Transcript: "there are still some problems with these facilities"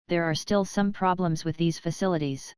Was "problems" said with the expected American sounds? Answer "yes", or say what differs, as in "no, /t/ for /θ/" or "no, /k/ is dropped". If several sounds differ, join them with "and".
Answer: yes